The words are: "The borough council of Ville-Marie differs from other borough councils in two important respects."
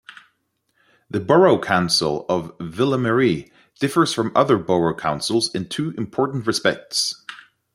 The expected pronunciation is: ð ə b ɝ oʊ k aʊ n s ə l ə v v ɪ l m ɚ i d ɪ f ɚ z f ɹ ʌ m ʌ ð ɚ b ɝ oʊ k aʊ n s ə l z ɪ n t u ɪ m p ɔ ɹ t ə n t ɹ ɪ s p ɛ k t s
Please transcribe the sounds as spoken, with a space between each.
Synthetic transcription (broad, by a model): ð ə b ɝ oʊ k aʊ n s ə l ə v v ɪ l m ɚ i d ɪ f ɚ z f ɹ ʌ m ʌ ð ɚ b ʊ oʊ k aʊ n s ə l z ɪ n t u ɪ m p ɔ ɹ t n t ɹ ɪ s p ɛ k t s